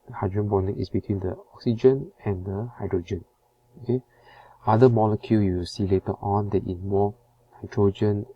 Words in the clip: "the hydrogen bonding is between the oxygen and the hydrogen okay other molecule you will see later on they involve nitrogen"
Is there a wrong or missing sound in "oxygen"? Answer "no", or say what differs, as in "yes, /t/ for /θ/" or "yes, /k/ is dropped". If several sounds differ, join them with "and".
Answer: no